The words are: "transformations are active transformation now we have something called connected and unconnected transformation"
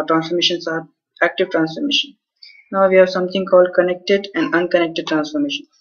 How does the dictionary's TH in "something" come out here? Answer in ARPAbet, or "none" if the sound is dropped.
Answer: T